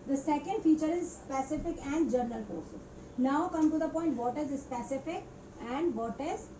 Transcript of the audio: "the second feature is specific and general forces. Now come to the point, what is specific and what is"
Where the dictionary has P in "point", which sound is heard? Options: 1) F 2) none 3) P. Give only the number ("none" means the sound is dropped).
3